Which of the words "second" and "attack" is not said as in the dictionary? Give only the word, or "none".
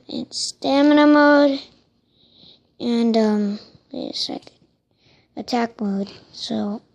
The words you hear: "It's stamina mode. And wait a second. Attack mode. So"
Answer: second